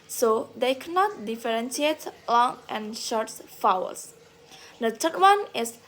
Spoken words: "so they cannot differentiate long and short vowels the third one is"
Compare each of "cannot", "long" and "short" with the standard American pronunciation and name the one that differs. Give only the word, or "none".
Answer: none